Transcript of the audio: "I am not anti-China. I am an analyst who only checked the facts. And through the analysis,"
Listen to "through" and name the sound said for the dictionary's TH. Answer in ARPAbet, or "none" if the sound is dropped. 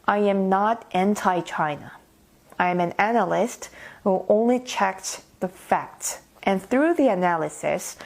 TH